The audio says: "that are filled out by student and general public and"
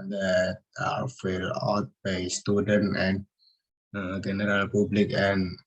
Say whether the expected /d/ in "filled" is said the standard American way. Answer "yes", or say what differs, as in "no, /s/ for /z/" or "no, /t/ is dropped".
no, /d/ is dropped